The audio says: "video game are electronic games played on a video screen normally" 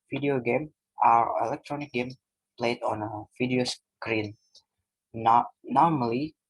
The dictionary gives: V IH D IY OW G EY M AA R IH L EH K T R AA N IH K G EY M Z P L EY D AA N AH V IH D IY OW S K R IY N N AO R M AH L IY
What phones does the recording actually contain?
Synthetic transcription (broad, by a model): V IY D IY OW G EY M AA R IH L EH K T R AA N IH K G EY M P L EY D AA N AH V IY D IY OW S K R IY N N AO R M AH L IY